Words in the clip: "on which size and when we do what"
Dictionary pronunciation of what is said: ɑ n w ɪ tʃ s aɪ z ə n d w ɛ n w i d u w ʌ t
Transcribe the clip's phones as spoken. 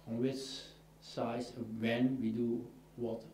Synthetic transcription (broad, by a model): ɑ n w ɪ tʃ s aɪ ə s w ɛ n w i d u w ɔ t